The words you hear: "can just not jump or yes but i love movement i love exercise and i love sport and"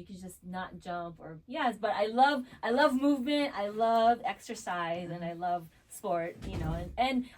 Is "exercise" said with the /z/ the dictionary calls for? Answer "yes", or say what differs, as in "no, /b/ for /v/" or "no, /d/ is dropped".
yes